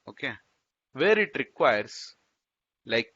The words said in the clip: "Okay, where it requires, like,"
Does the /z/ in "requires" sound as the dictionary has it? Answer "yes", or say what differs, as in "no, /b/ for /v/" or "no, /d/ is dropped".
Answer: no, /s/ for /z/